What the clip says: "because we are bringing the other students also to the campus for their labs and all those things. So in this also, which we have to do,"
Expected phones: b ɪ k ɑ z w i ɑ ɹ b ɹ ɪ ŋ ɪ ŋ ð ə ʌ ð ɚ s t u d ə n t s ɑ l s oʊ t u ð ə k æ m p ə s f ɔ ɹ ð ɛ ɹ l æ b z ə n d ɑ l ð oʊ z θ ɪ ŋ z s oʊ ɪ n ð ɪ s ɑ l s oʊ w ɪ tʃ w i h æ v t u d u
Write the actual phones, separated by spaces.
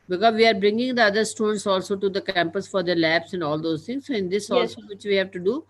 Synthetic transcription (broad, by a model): b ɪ k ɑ z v i ɑ ɹ b ɹ ɪ ŋ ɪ ŋ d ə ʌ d ɚ s t u d ə n t s ɑ l s oʊ t u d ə k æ m p ə s f ɔ ɹ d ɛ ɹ l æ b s ə n d ɑ l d oʊ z t ɪ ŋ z s oʊ ɪ n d ɪ s ɑ l s oʊ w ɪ tʃ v i h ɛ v t u d u